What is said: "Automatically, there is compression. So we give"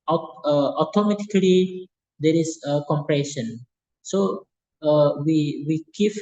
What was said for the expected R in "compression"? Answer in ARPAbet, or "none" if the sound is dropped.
R